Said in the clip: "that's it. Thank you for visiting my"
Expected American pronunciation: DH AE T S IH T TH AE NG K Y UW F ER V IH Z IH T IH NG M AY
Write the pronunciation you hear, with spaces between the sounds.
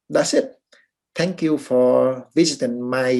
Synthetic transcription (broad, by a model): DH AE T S IH T T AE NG K Y UW F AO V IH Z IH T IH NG M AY